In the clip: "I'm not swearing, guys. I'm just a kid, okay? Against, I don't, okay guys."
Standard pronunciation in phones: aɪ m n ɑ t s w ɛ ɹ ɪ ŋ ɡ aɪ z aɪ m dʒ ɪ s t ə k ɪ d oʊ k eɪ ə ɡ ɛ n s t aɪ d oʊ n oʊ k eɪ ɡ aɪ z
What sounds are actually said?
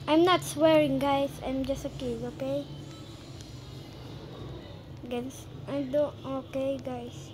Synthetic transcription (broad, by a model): aɪ m n ɑ t s w ɛ ɹ ɪ ŋ ɡ aɪ s aɪ m dʒ ɪ s t ə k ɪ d oʊ k eɪ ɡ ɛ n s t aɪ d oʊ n oʊ k eɪ ɡ aɪ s